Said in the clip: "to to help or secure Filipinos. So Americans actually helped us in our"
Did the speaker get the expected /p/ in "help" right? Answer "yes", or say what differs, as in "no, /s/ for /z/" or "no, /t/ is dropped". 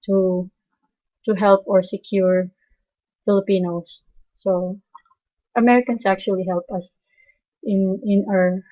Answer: yes